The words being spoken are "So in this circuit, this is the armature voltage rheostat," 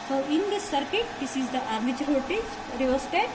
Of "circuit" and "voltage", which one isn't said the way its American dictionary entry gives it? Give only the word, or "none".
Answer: voltage